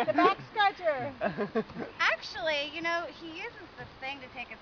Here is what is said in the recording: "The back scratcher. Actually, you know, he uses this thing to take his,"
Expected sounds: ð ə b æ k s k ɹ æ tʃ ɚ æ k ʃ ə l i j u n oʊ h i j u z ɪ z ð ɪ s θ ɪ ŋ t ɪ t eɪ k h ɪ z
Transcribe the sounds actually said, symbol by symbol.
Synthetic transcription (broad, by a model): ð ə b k s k ɑ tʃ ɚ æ k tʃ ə l i j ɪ n oʊ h i j u z ɪ z ð ɪ s θ ɪ ŋ t ɪ t eɪ k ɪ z